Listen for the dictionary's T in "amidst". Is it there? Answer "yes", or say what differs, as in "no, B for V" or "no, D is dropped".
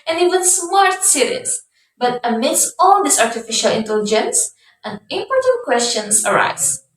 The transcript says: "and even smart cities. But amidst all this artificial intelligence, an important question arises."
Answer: yes